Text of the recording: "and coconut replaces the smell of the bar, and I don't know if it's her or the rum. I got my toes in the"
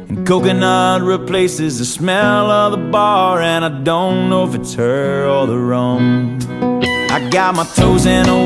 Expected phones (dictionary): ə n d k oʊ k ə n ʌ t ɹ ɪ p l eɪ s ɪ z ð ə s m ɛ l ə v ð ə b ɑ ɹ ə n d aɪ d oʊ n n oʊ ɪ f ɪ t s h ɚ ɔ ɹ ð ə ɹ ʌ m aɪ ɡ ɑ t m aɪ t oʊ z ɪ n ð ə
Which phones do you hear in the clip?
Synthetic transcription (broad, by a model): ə n k oʊ k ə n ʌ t ɹ ɪ p l eɪ s ɪ z ð ə s m ɛ l ə v ð ə b ɑ ɹ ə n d aɪ d oʊ n n oʊ ɪ f ɪ t s h ɚ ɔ l ð ə ɹ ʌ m aɪ ɡ ɑ t m aɪ t oʊ z ɪ n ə